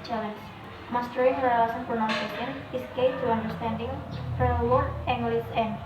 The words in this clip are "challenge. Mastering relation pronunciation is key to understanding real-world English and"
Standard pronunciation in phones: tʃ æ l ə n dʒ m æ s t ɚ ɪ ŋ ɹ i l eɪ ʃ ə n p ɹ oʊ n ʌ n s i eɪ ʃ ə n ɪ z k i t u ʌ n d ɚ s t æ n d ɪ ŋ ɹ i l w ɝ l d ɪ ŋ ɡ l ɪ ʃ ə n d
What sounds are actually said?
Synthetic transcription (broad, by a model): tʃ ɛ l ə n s m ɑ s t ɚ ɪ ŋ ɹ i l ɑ s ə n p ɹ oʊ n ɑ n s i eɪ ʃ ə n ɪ s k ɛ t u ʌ n d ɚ s t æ n d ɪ ŋ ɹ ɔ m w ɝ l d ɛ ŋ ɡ l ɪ s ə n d